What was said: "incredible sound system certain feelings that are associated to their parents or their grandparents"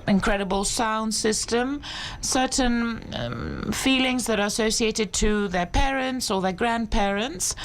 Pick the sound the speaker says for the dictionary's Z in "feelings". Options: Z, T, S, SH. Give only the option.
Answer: Z